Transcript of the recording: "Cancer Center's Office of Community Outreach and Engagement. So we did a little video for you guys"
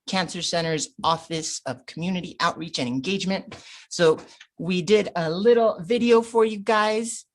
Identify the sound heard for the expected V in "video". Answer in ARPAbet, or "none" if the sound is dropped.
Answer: V